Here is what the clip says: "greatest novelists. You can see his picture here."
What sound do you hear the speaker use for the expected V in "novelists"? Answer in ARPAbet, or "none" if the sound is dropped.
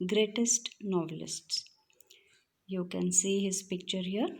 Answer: V